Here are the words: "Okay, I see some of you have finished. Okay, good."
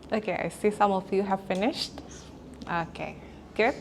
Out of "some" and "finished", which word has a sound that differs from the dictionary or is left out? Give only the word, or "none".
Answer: none